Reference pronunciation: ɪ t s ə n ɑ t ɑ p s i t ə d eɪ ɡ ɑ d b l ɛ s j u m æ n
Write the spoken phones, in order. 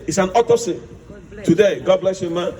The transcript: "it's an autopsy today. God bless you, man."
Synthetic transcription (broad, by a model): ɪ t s ə n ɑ t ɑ s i t ə d eɪ ɡ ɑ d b l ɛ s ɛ m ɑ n